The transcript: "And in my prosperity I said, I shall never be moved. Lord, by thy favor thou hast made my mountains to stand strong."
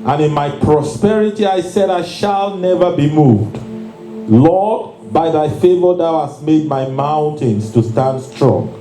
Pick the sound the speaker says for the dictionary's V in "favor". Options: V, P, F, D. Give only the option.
V